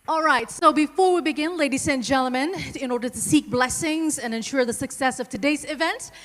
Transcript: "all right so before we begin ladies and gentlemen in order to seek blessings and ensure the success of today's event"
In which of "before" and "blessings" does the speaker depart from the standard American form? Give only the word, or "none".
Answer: none